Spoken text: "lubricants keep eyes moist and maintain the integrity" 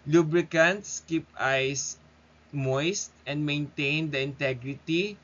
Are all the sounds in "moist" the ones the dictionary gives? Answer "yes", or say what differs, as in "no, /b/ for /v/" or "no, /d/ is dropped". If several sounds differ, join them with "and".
yes